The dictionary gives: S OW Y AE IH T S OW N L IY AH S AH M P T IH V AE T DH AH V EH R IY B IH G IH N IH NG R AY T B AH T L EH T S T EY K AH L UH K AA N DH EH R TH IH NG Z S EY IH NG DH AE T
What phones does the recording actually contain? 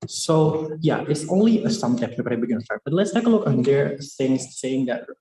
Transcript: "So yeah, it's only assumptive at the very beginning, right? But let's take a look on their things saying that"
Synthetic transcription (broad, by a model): S OW Y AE IH T S OW N L IY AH S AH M T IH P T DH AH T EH IY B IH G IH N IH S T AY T B AH T L EH T S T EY K AH L UH K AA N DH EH R S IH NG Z S EY IH NG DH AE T